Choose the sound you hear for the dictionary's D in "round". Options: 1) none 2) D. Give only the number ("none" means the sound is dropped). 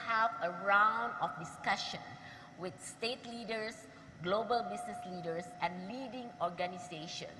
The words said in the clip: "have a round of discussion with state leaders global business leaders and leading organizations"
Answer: 2